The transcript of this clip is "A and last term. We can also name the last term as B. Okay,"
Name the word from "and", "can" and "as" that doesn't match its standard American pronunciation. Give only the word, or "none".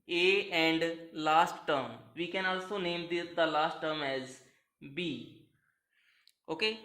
none